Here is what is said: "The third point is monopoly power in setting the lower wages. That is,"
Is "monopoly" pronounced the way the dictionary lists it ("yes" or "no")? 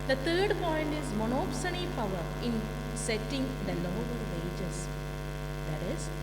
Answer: no